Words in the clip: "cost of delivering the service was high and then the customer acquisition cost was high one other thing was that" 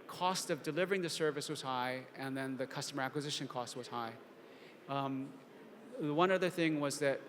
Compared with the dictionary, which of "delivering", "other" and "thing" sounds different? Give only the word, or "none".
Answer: none